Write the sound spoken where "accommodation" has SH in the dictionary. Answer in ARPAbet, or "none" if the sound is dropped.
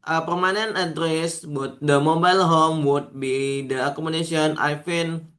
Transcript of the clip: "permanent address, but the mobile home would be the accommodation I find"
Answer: S